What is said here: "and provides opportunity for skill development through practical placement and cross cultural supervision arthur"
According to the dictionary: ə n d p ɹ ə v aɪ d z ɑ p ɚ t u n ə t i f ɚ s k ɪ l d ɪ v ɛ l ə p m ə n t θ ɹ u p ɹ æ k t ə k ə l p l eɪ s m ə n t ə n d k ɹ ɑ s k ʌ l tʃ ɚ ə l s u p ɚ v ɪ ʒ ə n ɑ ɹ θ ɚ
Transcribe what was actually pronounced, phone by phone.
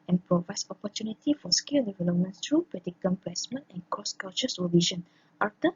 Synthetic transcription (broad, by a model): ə n p ɹ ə v aɪ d s ɑ p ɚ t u n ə t i f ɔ s k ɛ l d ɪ v ɛ l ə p m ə n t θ ɹ u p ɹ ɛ t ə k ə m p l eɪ s m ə n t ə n k ɑ s k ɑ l tʃ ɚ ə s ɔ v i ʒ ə n ɑ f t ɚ